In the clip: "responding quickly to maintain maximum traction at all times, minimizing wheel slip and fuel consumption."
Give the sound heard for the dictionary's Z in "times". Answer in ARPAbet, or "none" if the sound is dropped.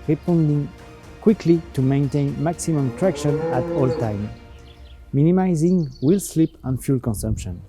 none